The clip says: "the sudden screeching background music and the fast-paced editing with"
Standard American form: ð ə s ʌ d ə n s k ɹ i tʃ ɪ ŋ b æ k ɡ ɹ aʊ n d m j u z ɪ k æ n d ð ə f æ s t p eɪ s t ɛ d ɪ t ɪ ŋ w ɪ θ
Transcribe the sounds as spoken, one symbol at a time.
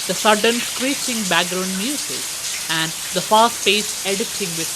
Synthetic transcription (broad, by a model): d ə s ʌ d ə n s k ɹ i tʃ ɪ ŋ b æ k ɡ ɹ aʊ n d m j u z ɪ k æ n d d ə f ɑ s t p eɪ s ɛ d ɪ t ɪ ŋ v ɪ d